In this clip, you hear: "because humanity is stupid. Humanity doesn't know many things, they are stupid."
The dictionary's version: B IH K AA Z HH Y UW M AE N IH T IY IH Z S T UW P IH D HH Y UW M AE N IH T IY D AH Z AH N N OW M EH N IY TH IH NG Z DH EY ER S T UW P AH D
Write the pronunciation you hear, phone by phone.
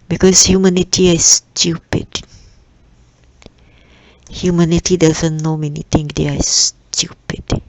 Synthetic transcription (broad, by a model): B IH K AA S HH Y UW M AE N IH T IY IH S T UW P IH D HH Y UW M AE N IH T IY D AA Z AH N N OW M EH N IY T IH NG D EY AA S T UW P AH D